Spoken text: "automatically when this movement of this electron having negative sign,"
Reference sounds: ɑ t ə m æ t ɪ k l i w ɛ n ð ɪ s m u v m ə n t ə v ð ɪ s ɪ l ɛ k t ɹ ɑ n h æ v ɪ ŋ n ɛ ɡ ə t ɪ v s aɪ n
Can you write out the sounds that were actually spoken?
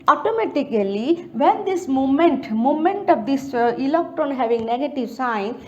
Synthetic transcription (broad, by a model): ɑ t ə m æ t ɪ k l i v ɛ n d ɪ s m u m m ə n t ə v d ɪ s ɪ l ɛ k t ɑ n h æ v ɪ ŋ n ɛ ɡ ə t ɪ v s aɪ n